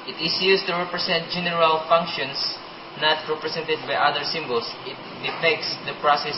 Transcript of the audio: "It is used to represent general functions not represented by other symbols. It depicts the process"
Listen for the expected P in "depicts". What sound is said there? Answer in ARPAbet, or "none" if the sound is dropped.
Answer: F